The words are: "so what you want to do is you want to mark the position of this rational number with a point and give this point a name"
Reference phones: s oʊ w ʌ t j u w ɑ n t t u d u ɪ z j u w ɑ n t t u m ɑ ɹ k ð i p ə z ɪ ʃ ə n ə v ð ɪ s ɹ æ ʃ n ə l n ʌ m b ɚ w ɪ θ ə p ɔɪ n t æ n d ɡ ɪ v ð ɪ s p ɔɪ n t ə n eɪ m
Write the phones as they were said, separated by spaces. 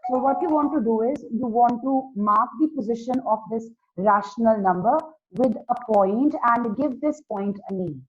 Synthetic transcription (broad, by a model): s oʊ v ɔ t j u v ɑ n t t u d u ɪ z j u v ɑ n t t u m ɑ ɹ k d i p ə z ɪ ʃ ə n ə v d ɪ s ɹ æ ʃ n ə l n ʌ m b ɚ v ɪ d ə p ɔɪ n t æ n d ɡ ɪ v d ɪ s p ɔɪ n t ə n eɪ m